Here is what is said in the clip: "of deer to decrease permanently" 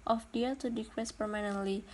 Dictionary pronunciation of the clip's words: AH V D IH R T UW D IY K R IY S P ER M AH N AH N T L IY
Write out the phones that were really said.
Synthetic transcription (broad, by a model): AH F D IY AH T UW D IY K W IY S P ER M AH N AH N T L IY